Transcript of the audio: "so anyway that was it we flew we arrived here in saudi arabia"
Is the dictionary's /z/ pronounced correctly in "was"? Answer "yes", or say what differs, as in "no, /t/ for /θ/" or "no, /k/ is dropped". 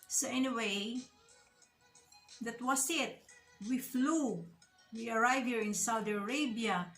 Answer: no, /s/ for /z/